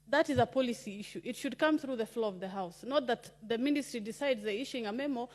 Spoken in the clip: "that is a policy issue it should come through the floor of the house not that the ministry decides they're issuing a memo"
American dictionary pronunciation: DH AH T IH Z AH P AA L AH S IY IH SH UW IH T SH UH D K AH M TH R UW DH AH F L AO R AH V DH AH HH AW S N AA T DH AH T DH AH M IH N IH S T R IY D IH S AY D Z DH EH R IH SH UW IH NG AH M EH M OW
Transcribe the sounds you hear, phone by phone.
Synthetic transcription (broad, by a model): DH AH T IH Z AH P AA L AH S IY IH SH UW IH T SH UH D K AH M TH R UW DH AH F L AO AH V DH AH HH AW S N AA T DH AH T DH AH M IH N IH S T R IY D IH S AY D Z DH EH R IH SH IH NG AH M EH M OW